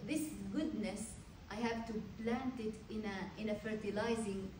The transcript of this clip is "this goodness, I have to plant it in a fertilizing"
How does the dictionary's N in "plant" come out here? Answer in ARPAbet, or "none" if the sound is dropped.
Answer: N